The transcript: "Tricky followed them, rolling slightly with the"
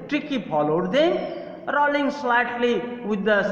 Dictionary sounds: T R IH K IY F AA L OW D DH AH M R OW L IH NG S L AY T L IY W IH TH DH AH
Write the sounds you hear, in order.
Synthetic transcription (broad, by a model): T R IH K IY P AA L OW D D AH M R OW L IH NG S L AY T L IY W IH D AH